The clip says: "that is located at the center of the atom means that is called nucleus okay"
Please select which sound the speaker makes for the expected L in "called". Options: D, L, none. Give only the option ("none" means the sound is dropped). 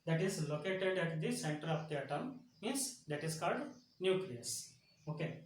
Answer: L